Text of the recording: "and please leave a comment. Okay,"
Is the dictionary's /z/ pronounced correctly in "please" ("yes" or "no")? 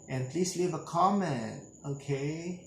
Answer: no